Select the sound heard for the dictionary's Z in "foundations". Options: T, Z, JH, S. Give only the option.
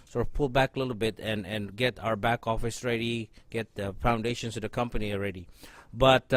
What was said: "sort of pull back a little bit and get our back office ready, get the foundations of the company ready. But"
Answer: S